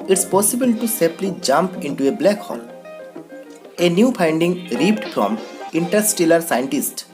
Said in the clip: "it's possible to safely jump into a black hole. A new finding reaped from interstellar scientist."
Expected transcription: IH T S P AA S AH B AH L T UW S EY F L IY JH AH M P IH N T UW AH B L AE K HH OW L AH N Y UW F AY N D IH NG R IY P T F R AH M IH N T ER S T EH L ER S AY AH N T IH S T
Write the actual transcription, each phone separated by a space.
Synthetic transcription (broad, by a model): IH T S P AA S AH B AH L T UW S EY P L IY JH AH M P IH N T UW AH B L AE K HH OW L AH N Y UW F AY N D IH NG R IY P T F R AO M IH N T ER S T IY L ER S AY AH N T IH S T